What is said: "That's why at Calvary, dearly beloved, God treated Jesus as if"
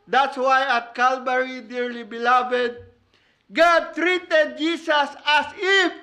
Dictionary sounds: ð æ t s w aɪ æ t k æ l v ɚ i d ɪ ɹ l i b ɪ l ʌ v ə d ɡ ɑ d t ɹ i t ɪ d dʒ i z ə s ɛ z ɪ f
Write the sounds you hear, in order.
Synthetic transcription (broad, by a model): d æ t s w aɪ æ t k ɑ l b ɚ i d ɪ ɹ l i b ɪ l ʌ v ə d ɡ ɑ d t ɹ i t ɪ d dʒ i s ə s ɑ s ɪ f